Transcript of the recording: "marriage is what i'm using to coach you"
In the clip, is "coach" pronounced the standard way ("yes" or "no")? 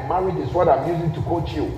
yes